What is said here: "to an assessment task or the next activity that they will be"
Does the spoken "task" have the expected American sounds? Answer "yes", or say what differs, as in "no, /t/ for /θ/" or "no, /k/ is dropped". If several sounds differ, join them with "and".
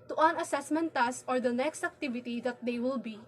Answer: no, /k/ is dropped